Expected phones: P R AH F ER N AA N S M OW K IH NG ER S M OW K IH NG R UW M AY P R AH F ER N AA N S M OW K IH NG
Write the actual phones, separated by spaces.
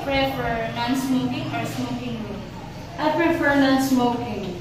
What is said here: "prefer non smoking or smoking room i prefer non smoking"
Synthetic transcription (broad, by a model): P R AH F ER N AA N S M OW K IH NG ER S M OW K IH NG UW AY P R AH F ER N AA N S M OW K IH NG